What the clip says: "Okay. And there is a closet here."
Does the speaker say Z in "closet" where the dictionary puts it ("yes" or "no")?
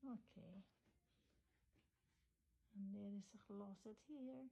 no